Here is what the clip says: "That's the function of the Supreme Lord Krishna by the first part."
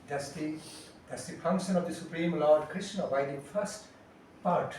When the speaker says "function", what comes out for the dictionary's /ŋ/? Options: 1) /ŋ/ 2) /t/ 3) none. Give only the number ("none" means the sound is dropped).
1